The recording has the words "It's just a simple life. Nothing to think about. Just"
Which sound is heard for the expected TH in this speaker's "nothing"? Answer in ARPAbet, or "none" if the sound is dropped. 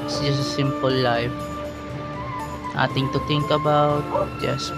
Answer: T